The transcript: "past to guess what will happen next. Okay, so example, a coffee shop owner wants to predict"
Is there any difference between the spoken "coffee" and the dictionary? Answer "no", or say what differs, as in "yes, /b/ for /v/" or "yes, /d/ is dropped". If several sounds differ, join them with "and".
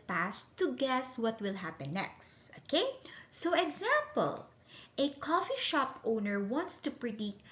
no